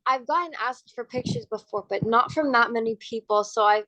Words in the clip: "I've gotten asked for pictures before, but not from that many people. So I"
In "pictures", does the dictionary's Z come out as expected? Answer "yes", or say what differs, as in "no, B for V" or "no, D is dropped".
yes